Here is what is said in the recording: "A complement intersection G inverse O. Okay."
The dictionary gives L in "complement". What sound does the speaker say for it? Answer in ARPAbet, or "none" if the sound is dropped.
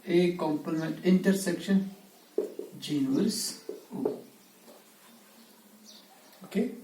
none